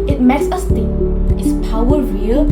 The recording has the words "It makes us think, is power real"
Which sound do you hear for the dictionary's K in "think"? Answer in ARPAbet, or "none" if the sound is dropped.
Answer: none